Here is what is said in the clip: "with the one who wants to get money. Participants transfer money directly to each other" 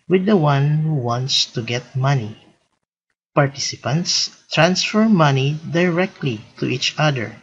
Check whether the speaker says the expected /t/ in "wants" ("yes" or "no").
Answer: yes